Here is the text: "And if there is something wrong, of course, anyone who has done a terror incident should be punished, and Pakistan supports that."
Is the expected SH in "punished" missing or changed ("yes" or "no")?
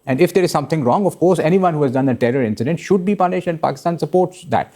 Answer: no